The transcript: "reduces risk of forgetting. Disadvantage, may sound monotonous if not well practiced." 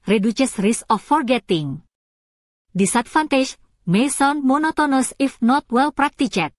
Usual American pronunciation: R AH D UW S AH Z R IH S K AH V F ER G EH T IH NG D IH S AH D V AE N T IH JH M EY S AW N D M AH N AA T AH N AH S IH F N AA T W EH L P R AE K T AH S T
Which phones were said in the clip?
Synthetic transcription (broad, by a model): R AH D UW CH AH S R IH S AH F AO G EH T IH NG D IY S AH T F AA N T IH SH M EY S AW N M AH N AA T AH N AH S IH F N AA T W EH L P R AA K T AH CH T